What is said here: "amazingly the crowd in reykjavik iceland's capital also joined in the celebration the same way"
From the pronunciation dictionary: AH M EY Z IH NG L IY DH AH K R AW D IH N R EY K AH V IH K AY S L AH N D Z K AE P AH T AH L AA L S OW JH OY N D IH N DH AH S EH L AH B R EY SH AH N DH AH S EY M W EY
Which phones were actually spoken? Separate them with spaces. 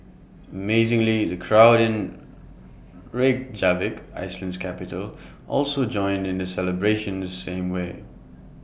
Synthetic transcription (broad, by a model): AH M EY Z IH NG L IY DH AH K R AW D IH N R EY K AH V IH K AY S L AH N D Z K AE P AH T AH L AA L S OW JH OY N D IH N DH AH S EH L AH B R EY SH AH N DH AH S EY M W EY